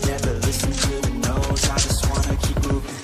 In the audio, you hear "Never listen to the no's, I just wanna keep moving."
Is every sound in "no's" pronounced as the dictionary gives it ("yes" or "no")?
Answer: no